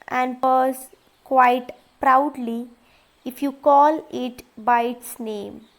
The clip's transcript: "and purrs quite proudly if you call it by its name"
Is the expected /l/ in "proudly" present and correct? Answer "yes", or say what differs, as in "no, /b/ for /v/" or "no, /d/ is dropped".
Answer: yes